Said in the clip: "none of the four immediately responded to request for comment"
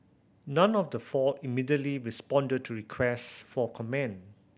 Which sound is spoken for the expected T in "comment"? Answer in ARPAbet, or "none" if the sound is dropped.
none